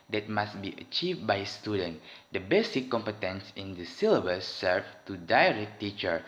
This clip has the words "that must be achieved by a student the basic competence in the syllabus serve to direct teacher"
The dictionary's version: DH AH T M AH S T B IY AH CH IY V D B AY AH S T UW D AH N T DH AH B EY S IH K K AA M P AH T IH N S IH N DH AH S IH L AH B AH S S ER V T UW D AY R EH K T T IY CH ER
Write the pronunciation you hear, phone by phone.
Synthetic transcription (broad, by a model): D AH T M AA S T B IY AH CH IY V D B AY S T UW D AH N T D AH B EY S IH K K AA M P AH T IH N S IH N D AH S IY L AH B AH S S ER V T UW D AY R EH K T T IY CH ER